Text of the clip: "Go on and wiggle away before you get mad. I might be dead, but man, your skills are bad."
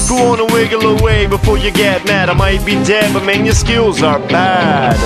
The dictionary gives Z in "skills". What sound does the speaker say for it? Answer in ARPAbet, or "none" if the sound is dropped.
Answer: Z